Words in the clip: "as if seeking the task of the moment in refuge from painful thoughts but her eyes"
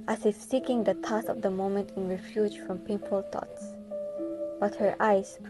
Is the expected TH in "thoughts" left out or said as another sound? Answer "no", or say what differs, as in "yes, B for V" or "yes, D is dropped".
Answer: yes, T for TH